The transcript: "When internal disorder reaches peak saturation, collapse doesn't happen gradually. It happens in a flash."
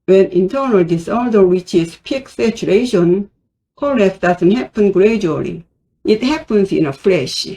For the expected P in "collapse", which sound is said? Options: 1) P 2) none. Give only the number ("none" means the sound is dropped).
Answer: 2